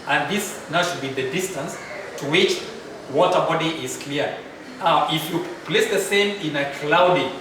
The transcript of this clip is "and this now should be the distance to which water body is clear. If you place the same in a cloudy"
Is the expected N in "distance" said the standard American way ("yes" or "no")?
yes